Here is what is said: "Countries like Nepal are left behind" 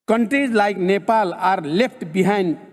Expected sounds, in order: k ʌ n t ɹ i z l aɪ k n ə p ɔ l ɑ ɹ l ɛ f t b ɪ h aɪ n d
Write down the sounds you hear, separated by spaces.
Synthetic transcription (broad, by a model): k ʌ n t ɹ i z l aɪ k n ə p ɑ l ɑ ɹ l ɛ p t b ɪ h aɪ n d